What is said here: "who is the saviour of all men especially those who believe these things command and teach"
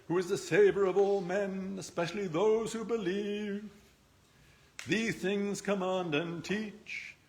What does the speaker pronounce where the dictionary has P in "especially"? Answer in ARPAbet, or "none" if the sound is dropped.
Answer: P